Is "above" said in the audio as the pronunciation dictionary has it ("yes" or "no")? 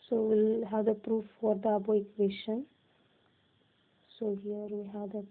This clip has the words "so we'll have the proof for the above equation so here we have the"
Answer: no